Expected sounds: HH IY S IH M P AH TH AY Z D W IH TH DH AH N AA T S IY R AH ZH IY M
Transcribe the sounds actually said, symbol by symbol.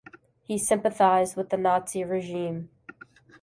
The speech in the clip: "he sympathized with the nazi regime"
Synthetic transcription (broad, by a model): HH IY S IH M P AH TH AY Z D W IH DH AH N AA T S IY R AH ZH IY M